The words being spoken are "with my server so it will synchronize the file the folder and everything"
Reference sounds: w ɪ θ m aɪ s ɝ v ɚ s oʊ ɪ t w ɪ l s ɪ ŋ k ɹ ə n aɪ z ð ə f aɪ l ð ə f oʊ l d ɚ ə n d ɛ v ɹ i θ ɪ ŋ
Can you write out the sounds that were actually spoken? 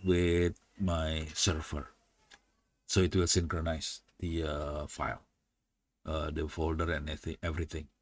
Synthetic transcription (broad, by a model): w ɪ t m aɪ s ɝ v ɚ s oʊ ɪ t w ɪ l s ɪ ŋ k ɹ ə n aɪ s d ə f aɪ l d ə f oʊ l d ɚ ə n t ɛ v ɹ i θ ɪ ŋ